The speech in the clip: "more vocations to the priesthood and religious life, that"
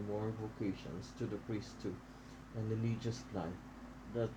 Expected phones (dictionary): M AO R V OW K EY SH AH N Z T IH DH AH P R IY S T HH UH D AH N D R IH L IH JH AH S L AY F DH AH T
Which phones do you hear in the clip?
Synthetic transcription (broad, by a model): M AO R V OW K EY SH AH N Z T IH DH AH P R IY S T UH AH N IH L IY JH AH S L AY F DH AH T